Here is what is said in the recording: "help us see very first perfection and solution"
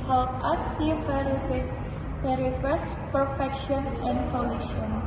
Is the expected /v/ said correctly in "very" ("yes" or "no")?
no